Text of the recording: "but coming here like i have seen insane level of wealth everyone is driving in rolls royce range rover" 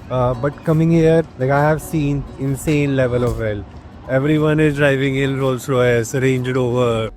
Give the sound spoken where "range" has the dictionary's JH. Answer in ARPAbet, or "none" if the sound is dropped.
JH